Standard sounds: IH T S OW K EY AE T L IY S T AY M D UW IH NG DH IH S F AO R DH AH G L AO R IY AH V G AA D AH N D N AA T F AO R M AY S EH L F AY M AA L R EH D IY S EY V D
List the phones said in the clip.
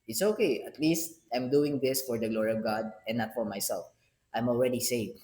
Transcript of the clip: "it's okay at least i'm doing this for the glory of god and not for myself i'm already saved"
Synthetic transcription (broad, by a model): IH T S OW K EY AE T L IY S T AY M D UW IH NG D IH S F AO R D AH G L AO R IY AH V G AA D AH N N AA T F AO R M AY S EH L F AY M AA L R EH D IY S EY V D